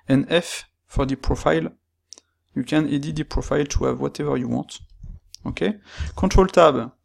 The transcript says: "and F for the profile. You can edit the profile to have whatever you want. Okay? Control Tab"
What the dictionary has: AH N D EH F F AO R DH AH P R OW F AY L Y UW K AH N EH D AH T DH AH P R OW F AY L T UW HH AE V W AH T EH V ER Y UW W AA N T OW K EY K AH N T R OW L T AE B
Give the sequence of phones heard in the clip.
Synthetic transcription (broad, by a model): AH N EH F F AO R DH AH P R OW F AY L Y UW K AH N EH D AH T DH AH P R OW F AY L T UW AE V W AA T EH V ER Y UW W AA T OW K EY K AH T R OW L T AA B